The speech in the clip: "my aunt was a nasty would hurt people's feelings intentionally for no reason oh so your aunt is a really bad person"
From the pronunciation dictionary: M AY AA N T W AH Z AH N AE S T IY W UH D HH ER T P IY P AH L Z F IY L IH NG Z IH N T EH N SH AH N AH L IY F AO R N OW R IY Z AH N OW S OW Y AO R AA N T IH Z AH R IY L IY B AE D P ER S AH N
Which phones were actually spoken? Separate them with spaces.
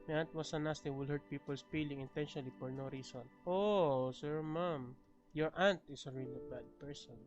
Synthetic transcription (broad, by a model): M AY AA N T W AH S AH N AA S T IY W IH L HH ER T P IY P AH L S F IY L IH NG IH N T EH N SH AH N AH L IY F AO R N OW R IY S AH N OW S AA Y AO R AA N T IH S AH R IY L IY B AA D P ER S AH N